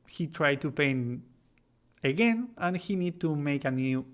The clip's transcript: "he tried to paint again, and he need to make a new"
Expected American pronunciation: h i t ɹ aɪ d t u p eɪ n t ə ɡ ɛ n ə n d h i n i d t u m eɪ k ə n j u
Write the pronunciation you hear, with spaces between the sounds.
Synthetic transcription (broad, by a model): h i t ɹ aɪ d t u p eɪ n ə ɡ ɛ n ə n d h i n i d t u m eɪ k ə n j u